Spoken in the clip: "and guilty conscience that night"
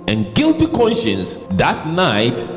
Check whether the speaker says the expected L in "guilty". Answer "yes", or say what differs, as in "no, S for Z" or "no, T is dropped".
yes